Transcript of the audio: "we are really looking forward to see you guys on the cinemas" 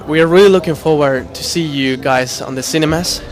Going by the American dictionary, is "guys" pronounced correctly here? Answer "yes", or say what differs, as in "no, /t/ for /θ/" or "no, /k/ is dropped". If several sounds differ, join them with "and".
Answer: yes